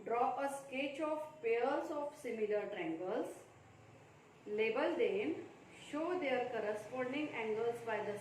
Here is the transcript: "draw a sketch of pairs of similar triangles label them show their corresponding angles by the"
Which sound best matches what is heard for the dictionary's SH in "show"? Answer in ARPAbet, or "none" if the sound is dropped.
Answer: SH